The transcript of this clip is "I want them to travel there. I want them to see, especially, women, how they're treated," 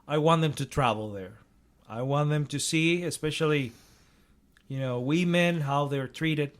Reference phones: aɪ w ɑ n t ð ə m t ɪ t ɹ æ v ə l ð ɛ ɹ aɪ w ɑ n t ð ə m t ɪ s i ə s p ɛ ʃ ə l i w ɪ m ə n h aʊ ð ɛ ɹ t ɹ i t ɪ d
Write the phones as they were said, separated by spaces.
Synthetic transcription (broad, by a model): aɪ w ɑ n ð ə m t ɪ t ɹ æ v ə l ð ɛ ɹ aɪ w ɑ n ð ə m t ɪ s i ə s p ɛ ʃ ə n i w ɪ m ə n h aʊ ð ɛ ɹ t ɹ i t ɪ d